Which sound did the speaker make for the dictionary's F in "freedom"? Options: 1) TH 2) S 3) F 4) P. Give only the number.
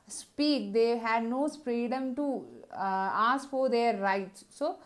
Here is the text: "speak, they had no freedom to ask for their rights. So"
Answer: 4